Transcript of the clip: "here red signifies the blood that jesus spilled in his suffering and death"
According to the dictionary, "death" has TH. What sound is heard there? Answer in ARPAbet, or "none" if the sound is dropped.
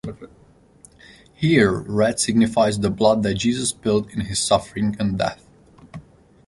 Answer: TH